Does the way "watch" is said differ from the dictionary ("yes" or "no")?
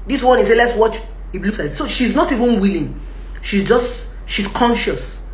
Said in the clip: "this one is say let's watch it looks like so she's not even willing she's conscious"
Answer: no